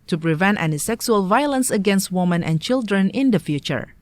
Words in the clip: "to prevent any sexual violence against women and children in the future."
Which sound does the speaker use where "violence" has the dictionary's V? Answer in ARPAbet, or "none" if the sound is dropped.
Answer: V